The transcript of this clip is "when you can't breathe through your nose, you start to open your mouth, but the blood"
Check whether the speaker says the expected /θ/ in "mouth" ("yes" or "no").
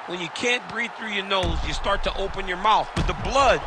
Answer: yes